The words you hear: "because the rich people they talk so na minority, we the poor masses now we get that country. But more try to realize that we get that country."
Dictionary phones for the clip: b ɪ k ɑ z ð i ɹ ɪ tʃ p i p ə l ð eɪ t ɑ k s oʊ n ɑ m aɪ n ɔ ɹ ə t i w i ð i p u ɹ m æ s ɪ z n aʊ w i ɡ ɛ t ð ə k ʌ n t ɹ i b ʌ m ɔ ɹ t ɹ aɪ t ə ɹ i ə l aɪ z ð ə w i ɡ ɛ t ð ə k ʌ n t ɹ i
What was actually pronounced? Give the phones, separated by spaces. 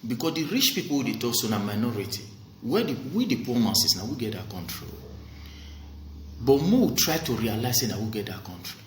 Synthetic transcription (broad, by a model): b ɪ k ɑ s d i ɹ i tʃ p i p ə l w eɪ t ɑ k s oʊ n ɑ m aɪ n ɔ ɹ ə t i w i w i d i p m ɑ s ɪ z n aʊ w i ɡ ɛ t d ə k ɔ n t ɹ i b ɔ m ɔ w t ɹ aɪ t ə ɹ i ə l aɪ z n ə w i ɡ ɛ t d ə k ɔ n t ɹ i